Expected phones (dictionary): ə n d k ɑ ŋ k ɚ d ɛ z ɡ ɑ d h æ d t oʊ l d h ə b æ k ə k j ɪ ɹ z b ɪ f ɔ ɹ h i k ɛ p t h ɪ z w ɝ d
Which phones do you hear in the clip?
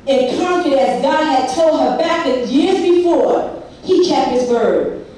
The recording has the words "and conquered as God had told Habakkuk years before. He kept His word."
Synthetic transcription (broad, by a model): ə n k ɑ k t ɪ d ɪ z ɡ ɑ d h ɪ d t oʊ l d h ə b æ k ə j ɪ ɹ z b ɪ f ɔ ɹ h i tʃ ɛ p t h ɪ z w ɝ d